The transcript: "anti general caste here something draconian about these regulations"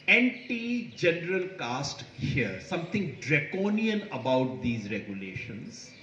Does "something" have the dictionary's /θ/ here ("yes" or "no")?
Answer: no